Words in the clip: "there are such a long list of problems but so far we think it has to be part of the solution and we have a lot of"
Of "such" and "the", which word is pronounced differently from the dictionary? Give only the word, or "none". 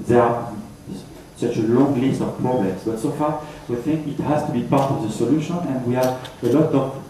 none